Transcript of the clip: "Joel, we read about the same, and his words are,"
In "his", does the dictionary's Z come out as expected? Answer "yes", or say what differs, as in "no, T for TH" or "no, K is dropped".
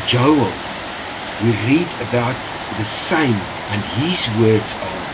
yes